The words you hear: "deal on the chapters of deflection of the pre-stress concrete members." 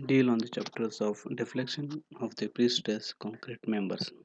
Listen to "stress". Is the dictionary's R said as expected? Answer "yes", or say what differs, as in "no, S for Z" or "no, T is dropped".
no, R is dropped